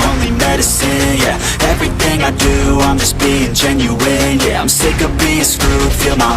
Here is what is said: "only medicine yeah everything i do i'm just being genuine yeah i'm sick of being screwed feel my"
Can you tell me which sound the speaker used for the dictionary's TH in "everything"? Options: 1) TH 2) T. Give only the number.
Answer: 1